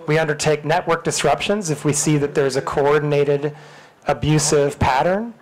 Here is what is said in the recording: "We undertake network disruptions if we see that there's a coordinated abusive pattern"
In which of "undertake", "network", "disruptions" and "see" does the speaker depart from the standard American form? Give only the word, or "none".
none